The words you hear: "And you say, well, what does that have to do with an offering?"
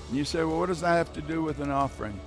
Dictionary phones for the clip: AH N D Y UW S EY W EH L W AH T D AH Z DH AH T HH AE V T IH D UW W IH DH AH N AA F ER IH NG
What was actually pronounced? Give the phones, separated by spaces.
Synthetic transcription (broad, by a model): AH N Y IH S EY W EH L W AH T D AH Z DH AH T HH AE F T IH D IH W IH DH AH N AA F ER IH NG